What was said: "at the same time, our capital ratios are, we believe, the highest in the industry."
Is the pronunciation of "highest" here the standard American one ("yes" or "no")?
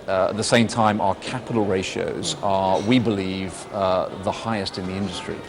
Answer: yes